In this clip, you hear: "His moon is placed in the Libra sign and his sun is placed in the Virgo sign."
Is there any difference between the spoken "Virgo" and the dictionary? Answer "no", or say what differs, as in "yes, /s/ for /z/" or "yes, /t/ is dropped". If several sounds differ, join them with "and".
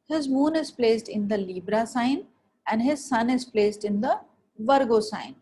no